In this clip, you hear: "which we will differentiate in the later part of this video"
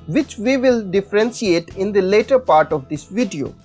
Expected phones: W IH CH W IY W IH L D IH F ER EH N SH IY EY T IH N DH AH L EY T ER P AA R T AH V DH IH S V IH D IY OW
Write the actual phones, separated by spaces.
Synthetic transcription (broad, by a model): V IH CH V IY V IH L D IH F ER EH N S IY EY T IH N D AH L EY T ER P AA R T AH V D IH S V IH D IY OW